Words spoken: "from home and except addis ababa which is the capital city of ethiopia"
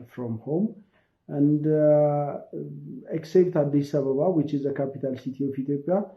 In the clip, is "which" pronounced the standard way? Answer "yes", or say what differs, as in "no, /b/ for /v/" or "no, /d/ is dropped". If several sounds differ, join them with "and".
yes